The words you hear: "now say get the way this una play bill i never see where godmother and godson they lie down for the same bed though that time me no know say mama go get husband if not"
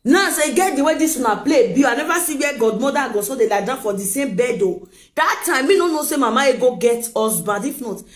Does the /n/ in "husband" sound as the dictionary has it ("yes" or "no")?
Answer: no